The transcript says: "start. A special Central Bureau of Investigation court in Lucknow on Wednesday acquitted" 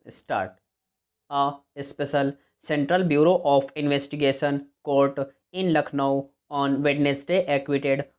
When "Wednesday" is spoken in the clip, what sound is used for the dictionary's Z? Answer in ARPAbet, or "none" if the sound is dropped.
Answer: S